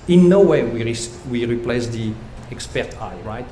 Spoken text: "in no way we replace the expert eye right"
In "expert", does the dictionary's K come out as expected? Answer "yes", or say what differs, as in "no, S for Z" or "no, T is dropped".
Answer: yes